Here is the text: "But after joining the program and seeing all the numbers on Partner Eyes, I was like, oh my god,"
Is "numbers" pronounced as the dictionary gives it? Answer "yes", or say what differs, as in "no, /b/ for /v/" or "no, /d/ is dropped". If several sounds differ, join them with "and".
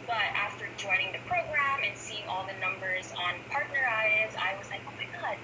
yes